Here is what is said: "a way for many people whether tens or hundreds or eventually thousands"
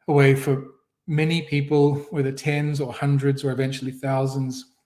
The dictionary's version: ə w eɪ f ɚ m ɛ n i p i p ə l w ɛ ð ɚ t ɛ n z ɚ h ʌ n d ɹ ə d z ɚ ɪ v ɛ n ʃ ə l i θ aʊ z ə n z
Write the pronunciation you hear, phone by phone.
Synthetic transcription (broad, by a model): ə w eɪ f ɚ m ɛ n i p i p ə l w ɛ ð ɚ t ɛ n z ɚ h ʌ n d ɹ ə d z ɚ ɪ v ɛ n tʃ l i θ aʊ z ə n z